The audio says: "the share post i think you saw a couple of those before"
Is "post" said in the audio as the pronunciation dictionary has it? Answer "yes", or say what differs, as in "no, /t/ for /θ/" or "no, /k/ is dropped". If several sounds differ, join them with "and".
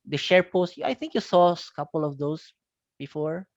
yes